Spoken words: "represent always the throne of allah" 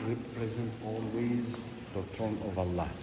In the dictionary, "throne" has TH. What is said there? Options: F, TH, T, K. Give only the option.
T